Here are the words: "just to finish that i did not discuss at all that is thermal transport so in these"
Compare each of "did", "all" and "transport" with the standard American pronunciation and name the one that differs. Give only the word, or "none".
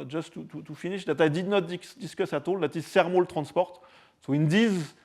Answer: transport